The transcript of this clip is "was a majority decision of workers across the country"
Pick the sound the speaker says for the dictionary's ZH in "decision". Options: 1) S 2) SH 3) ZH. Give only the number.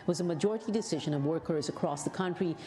3